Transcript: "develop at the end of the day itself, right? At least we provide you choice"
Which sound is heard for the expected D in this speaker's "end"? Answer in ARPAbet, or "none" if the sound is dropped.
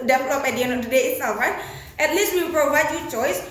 none